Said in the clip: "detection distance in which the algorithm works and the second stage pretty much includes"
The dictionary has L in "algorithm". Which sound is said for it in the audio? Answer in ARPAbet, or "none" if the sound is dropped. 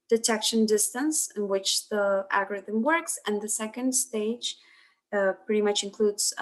none